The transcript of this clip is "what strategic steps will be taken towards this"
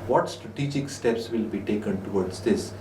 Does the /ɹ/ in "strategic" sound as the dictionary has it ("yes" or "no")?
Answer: yes